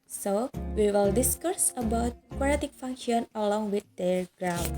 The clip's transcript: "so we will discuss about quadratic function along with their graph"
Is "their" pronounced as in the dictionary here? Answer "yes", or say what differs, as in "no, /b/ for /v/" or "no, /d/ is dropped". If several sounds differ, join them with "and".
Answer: no, /l/ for /ɹ/